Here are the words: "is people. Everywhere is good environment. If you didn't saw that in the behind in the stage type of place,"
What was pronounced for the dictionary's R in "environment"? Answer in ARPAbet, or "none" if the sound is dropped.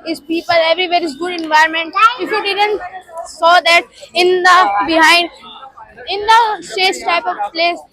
none